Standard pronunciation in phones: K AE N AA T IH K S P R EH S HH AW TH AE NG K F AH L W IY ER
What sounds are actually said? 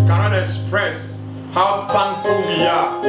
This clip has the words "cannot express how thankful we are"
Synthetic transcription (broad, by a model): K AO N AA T IH K S P R EH S HH AW F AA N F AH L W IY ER